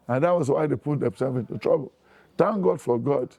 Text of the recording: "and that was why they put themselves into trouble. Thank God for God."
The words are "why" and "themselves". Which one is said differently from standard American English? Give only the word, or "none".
themselves